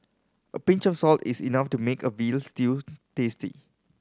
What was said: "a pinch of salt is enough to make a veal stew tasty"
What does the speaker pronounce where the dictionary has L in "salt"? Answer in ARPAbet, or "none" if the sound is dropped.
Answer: L